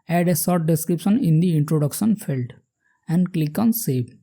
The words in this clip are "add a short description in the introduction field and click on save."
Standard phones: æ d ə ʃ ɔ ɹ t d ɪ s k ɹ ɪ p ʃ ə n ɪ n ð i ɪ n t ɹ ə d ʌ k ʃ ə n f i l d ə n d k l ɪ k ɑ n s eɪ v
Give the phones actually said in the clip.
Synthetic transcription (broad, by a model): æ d ə s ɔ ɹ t d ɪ s k ɹ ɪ p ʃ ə n ɪ n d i ɪ n t ɹ ə d ʌ k ʃ ə n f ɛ l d ə n d k l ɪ k ɑ n s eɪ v